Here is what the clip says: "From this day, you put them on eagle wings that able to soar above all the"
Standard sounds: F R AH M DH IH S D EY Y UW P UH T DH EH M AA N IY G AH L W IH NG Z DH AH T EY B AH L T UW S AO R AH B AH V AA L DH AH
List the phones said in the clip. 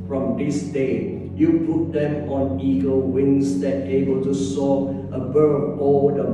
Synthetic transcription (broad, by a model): F R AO M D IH S D EY Y UW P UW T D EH M AA N IY G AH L W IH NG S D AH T EY B AH L T UW S AO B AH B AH B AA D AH